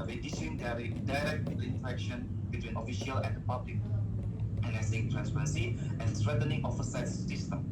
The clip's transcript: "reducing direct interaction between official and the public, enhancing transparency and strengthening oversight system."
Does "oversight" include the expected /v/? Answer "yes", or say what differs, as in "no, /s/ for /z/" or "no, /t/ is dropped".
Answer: no, /f/ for /v/